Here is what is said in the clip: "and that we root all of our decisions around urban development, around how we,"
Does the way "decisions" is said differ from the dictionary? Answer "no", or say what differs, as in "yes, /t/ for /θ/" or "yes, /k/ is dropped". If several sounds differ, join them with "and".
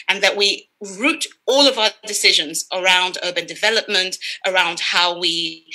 no